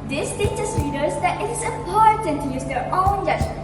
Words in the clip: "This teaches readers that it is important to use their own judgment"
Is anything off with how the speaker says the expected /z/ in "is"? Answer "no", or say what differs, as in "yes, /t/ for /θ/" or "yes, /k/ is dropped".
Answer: yes, /s/ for /z/